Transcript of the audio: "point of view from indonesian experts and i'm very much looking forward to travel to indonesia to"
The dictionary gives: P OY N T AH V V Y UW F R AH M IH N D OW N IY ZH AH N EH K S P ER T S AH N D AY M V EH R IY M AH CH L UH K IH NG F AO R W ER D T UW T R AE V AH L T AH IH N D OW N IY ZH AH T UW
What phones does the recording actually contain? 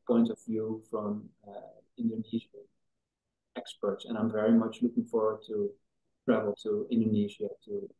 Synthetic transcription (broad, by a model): P OY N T AH V V Y UW F R AH M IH N D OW N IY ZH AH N EH K S P ER T S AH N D AY M V EH R IY M AH CH L UH K IH NG F AO R W ER D T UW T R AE V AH L T AH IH N D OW N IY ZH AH T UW